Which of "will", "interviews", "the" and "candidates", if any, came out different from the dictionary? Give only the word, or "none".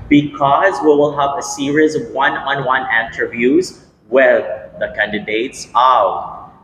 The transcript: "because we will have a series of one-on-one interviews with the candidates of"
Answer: none